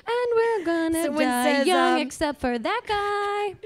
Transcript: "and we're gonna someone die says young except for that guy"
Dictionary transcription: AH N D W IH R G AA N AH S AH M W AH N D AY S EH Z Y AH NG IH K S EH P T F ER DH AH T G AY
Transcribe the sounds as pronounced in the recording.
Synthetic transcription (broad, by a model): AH N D W IH R G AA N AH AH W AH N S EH Y AH NG IH K S EH P T F ER DH AH T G AY